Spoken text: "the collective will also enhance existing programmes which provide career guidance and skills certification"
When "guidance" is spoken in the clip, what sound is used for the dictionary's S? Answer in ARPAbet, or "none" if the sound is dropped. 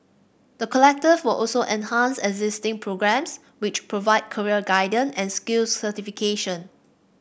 none